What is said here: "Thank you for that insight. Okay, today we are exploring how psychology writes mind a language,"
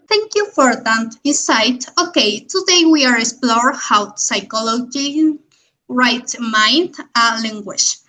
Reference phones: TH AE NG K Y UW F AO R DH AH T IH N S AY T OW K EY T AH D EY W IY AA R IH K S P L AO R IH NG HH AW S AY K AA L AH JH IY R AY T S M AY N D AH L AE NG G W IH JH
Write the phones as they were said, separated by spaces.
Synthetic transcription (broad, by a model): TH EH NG K Y UW F AO R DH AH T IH S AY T OW K EY T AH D EY W IY AA R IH K S P L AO R HH AW S AY K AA L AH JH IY R AY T M AY N D AH L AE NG G W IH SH